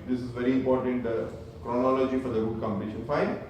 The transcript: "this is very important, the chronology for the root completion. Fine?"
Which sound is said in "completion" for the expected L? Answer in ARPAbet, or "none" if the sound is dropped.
none